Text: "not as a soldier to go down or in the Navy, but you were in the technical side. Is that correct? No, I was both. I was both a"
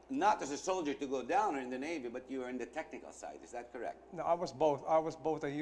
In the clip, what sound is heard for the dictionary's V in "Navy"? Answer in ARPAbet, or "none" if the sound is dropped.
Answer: V